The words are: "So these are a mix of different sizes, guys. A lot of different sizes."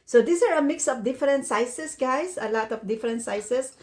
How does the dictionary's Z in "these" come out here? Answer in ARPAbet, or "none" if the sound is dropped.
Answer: S